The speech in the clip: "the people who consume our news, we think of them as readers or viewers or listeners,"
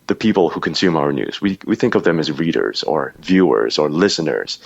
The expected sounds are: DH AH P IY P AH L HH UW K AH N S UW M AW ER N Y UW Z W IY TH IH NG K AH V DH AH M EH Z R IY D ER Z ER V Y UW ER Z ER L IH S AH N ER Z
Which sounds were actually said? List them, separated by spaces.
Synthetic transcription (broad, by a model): DH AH P IY P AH L HH UW K AH N S UW M AW ER N Y UW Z W IY TH IH NG K AH V DH AH M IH Z R IY D ER Z ER V Y UW ER Z ER L IH S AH N ER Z